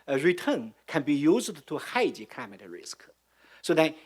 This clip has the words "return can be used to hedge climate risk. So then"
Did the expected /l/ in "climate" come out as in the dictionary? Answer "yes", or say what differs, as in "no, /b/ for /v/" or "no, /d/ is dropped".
no, /l/ is dropped